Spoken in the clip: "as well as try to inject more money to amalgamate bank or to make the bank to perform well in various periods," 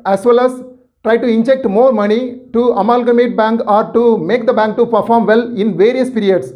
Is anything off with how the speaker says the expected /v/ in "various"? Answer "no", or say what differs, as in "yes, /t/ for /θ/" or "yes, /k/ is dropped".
no